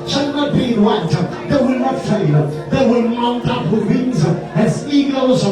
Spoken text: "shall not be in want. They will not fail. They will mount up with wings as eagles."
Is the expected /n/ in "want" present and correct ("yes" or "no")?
no